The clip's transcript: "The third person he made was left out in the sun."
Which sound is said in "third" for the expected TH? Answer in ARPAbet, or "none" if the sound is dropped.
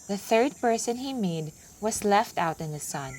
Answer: TH